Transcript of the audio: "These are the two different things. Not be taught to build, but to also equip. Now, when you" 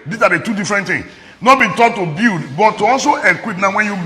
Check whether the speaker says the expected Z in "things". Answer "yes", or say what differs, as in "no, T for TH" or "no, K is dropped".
no, Z is dropped